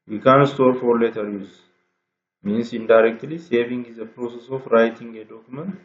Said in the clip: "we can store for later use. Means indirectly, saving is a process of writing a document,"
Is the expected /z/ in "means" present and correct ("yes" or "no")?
no